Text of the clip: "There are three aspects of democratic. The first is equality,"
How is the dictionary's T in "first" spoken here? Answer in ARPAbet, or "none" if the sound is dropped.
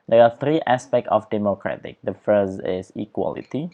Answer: none